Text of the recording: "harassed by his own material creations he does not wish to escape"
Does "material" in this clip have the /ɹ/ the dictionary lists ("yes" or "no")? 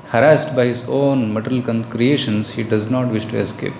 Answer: no